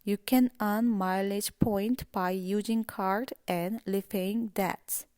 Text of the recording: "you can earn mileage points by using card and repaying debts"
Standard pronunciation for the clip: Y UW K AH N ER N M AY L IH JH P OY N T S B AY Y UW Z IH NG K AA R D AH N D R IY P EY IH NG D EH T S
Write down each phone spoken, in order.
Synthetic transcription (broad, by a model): Y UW K AH N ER N M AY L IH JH P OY N T B AY Y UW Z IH NG K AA R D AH N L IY F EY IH NG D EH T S